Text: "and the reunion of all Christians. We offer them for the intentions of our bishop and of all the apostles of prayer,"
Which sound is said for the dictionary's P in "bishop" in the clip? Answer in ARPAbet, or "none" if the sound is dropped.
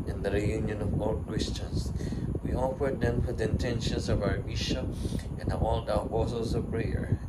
none